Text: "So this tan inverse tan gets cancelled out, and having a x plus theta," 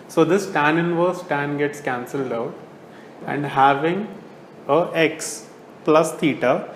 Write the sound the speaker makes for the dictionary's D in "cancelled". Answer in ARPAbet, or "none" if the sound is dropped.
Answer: D